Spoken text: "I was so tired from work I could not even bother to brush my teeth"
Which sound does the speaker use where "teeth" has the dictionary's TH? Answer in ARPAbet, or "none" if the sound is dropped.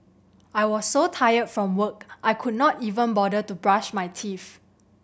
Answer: F